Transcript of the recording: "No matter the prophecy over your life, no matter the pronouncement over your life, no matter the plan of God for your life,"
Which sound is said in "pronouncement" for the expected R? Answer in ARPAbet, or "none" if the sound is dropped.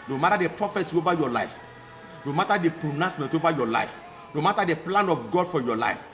none